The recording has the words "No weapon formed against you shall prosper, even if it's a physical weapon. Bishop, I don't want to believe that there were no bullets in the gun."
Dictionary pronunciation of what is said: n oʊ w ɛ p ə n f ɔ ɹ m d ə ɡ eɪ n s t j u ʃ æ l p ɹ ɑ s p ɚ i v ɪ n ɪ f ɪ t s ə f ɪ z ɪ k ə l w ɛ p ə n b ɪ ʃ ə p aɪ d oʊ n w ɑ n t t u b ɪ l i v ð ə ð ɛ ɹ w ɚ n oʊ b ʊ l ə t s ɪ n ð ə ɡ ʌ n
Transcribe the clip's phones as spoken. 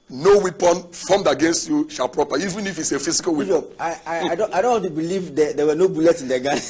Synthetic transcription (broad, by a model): n oʊ w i p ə n f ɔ m d ə ɡ eɪ n s t j u ʃ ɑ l p ɹ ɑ p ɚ i v ɪ n ɪ f ɪ t s ə f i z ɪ k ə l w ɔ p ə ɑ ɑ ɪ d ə aɪ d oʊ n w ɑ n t t u b ɪ l i v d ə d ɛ w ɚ n oʊ b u l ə t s ɪ n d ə ɡ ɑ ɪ